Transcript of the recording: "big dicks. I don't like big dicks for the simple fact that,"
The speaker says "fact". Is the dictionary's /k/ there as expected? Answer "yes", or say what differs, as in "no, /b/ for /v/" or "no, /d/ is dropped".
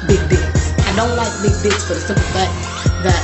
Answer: no, /k/ is dropped